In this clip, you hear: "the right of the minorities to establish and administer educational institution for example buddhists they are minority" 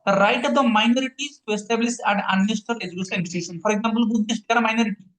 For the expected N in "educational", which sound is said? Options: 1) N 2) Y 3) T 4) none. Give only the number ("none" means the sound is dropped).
4